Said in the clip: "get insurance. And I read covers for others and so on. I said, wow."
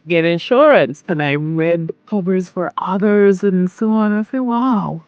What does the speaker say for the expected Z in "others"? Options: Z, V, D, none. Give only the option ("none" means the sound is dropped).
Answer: Z